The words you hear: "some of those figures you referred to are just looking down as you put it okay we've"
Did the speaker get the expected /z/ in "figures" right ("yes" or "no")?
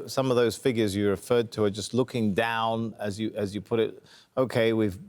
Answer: yes